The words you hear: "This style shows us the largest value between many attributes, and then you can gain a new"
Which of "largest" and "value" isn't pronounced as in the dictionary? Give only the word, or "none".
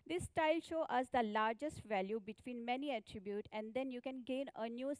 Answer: none